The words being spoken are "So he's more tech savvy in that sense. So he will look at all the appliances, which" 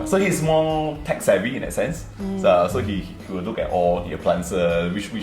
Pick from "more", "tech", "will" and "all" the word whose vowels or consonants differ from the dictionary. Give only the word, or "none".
more